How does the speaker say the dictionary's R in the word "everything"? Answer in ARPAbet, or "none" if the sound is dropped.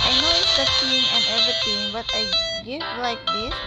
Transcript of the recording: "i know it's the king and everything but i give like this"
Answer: none